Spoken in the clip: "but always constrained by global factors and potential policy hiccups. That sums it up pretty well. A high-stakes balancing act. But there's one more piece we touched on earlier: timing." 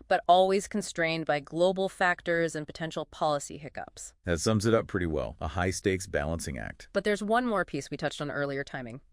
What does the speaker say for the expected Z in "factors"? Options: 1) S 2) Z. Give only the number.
2